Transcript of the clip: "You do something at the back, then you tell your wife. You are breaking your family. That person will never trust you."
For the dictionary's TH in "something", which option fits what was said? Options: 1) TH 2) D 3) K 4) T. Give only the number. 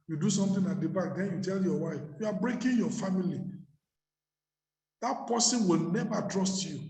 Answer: 4